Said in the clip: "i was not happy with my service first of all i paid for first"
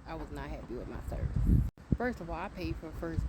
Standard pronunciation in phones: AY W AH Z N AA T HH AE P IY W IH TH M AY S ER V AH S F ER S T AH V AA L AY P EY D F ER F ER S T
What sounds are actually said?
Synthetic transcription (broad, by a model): AY W AH Z N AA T HH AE B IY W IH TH M AY S ER V AH S F ER S T AH V AA L AY P EY D F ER F ER S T